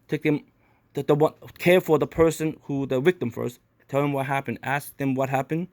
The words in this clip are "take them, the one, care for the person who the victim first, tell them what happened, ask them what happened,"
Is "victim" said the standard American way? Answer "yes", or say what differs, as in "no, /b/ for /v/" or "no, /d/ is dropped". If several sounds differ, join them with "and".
no, /w/ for /v/